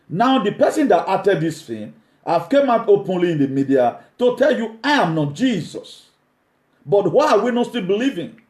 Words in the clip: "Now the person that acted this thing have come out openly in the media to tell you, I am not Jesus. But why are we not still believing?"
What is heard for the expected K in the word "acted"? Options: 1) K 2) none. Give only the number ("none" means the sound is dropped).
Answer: 2